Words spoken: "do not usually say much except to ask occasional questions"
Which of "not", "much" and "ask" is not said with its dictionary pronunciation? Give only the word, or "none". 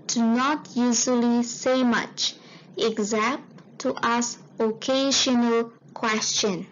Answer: ask